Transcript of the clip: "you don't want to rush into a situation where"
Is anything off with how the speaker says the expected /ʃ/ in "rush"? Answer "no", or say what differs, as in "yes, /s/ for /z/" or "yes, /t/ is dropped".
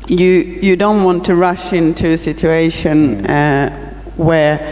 no